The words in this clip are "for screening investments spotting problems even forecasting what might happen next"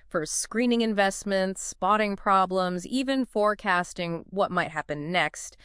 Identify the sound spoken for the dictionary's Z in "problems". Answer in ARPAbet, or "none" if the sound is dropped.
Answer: Z